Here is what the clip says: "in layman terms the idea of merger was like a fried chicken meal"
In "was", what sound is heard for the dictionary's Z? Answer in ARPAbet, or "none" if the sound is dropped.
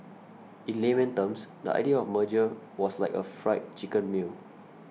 S